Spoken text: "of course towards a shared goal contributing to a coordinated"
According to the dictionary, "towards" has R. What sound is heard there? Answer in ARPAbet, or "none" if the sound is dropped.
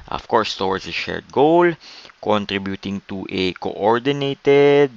W